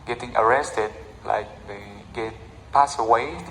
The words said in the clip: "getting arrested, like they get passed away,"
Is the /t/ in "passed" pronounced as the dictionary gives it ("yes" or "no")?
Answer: no